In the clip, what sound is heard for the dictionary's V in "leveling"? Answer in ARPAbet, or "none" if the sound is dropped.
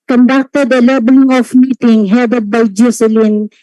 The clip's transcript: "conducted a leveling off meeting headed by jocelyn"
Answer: B